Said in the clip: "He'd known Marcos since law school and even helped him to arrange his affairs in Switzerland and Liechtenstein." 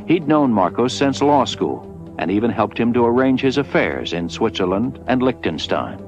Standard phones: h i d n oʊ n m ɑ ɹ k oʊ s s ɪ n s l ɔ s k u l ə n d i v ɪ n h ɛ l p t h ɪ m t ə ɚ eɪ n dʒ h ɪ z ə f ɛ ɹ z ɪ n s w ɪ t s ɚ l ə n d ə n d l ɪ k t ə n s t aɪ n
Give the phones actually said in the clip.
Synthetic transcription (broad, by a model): h i d n oʊ n m ɑ ɹ k oʊ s s ɪ n s l ɔ s k u l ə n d i v ɪ n h ɛ l p t h ɪ m t ə ɚ eɪ n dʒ h ɪ z ə f ɛ ɹ z ɪ n s w ɪ t s ɚ l ə n d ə n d l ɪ k t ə n s t aɪ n